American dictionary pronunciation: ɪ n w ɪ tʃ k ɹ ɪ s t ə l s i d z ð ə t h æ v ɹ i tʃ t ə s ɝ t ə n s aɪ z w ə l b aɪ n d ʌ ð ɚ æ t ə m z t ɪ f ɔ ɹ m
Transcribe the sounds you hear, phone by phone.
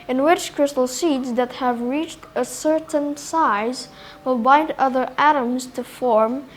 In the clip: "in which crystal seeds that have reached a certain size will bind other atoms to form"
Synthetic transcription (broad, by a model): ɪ n w ɪ tʃ k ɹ ɪ s t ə l s i d z ð ə t h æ v ɹ i tʃ t ə s ɝ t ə n s aɪ z w ə l b aɪ n d ʌ ð ɚ æ t ə m z t ɪ f ɔ ɹ m